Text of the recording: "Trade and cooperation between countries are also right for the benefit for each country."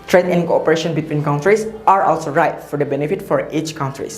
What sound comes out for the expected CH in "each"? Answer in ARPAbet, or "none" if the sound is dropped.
CH